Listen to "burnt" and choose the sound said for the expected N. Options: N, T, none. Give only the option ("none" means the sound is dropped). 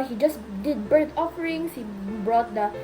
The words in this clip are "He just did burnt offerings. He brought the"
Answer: none